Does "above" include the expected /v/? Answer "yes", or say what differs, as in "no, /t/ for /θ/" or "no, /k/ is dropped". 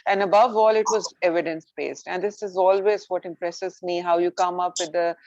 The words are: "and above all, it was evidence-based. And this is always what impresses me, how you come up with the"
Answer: yes